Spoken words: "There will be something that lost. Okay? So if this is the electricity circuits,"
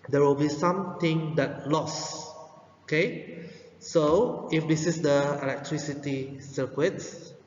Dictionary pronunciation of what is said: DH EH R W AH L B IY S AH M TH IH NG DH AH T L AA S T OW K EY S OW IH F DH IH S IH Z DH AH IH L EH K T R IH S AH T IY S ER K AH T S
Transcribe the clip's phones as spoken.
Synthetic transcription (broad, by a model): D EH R W AH L B IY S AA M T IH NG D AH T L AA S OW K EY S OW IH F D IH S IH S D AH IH L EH K T R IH S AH T IY S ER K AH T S